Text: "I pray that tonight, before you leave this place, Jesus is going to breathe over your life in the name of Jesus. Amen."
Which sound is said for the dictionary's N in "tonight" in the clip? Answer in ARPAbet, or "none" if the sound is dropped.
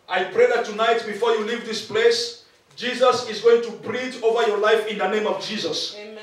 N